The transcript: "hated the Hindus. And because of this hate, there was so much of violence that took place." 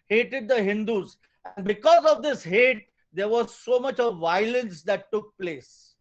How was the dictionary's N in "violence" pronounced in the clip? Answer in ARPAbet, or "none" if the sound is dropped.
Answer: N